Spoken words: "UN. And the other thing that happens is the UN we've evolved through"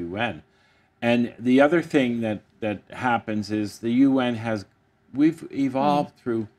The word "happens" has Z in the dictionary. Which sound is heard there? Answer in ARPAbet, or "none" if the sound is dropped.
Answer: Z